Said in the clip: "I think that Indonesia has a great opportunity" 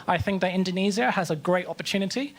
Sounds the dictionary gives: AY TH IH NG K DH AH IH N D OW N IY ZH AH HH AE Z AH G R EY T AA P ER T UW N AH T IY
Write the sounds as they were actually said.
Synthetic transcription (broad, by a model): AY TH IH NG K DH AH IH N D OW N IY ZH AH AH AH Z AH G R EY T AA P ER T UW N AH T IY